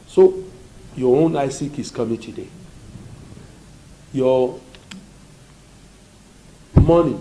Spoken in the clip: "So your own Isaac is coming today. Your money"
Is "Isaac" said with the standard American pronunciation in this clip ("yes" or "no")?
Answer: no